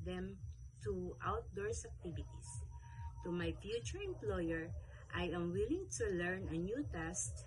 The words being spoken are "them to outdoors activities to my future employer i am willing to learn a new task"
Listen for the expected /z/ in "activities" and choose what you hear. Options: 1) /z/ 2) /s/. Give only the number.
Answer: 2